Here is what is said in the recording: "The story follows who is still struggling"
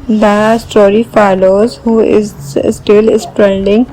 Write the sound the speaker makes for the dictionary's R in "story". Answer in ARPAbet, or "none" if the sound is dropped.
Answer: R